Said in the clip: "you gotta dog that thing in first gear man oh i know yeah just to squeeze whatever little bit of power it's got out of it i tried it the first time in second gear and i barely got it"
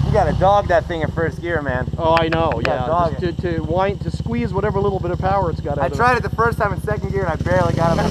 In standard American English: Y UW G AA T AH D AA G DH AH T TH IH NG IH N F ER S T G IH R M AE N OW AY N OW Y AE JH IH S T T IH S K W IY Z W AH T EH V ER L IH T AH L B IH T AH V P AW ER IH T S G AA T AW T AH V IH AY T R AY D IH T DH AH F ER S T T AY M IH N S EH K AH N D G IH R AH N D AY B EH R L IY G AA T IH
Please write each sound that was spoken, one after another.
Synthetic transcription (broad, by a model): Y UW G AA T AH D AA G DH AH T TH IH NG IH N F ER S T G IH R M AE N OW AY N OW Y AE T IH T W T IH S K W IY Z W AH T EH V ER L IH T L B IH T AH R P AW ER IH T S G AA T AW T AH IH T R AY D IH T DH AH F ER S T T AY M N S EH K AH N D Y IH R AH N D AY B EH R L IY G AA T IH